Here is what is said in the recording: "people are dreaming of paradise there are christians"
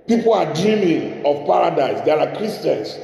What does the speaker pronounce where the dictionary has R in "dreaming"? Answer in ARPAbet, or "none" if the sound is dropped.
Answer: none